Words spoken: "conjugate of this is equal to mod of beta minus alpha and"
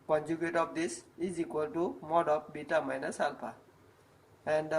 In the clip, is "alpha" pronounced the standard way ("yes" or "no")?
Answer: no